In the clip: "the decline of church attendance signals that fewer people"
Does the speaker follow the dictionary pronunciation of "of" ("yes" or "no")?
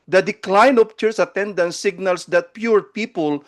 no